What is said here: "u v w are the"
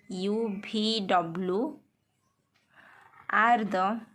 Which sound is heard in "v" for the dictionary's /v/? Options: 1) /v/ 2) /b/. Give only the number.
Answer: 2